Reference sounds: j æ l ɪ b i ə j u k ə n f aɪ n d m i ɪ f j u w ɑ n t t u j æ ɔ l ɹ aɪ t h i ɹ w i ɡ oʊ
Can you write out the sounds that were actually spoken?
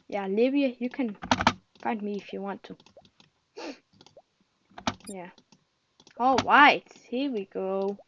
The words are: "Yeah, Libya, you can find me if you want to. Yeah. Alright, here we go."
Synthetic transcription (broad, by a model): j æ l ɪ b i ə j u k ə n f aɪ n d m i ɪ f j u w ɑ n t t u j æ ɔ ɹ aɪ t h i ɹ w i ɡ oʊ